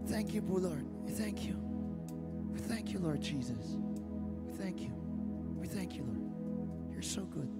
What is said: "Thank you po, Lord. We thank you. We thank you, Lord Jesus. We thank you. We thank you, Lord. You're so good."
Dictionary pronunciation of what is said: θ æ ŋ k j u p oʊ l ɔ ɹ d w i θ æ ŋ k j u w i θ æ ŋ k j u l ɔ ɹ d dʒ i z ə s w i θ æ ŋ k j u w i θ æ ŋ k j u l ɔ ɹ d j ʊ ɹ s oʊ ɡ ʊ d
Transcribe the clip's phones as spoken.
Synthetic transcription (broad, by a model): θ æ ŋ k j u b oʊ l ɔ ɹ d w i θ æ ŋ k j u w i θ æ ŋ k j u l ɔ ɹ d dʒ i z ə s w i θ æ ŋ k j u w i θ æ ŋ k j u l ɔ ɹ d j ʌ ɹ s oʊ ɡ ʊ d